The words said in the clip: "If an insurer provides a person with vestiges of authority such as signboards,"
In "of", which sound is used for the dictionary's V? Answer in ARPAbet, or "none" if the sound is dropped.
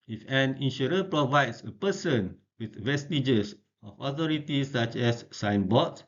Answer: F